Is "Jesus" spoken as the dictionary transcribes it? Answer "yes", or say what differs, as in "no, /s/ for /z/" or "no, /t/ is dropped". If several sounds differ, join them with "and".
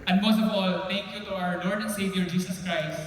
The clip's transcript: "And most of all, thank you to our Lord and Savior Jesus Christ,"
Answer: no, /s/ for /z/